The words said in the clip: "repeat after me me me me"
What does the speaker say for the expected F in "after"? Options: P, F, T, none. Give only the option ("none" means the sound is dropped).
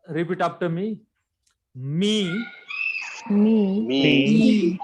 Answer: P